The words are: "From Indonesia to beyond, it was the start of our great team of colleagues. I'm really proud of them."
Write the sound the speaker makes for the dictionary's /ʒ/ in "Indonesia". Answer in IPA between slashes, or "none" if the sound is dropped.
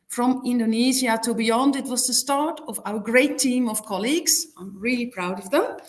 /z/